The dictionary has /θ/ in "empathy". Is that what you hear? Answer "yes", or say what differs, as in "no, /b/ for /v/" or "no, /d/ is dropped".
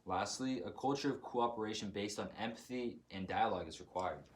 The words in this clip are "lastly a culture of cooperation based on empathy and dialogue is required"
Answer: yes